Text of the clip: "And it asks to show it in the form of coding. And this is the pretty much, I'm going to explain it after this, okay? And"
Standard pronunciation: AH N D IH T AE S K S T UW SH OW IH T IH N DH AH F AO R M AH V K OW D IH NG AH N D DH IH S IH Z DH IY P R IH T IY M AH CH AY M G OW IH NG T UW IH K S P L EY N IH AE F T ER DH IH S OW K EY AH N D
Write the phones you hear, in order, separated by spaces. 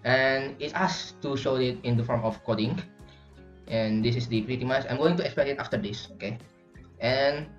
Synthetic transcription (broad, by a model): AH N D IH T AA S S T UW SH OW IH T IH N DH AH F AO R M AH F K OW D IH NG AH N D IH S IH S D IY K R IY T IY M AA S AY M G OW IH NG T UW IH K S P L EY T IH F T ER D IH S OW K EY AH N